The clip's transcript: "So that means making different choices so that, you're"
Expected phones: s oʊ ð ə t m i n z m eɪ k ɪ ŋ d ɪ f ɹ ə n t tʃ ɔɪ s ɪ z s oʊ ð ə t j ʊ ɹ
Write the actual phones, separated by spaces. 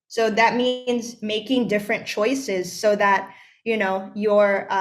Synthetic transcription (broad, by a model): s oʊ ð ə t m i n z m eɪ k ɪ ŋ d ɪ f ɹ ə n tʃ ɔɪ s ɪ z s oʊ ð ə t j ʊ ɹ